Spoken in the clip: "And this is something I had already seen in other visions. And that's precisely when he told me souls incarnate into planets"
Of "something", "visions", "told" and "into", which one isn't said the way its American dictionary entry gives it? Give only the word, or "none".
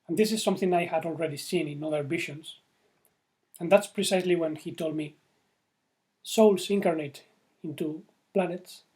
visions